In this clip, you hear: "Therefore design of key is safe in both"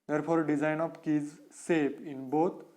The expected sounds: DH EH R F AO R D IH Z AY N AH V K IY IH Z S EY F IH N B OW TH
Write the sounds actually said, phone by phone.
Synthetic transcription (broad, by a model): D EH R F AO R D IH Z AY N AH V K IY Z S EY P IH N B OW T